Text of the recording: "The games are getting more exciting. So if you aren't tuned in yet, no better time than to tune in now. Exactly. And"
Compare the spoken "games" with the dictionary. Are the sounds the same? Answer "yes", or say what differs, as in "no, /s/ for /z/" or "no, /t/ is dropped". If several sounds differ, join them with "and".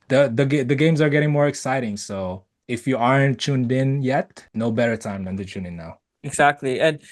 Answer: yes